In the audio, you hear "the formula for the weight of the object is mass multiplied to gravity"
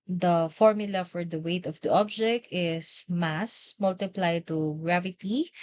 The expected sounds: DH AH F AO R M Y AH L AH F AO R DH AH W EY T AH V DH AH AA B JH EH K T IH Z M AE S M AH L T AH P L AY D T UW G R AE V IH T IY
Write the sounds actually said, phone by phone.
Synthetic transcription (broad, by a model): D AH F AO R M Y AH L AH F AO R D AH W EY T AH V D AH AA B JH EH K T IH S M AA S M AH L T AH P L AY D T UW G R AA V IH T IY